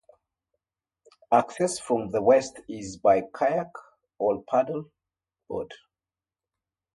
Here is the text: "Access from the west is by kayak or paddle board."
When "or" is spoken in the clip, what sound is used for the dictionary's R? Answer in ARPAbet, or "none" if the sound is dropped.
L